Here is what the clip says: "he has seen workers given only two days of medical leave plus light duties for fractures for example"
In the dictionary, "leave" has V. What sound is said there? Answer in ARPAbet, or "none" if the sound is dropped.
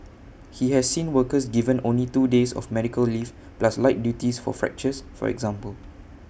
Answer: F